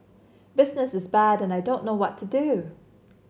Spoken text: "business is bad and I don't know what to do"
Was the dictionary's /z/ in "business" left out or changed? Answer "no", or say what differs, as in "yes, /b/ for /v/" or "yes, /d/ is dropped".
no